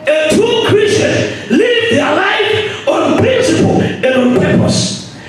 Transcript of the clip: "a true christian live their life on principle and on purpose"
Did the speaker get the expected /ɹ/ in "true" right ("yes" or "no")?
no